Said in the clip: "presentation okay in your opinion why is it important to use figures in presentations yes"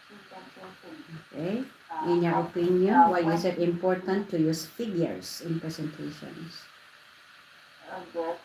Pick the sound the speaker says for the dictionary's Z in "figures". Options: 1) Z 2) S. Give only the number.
2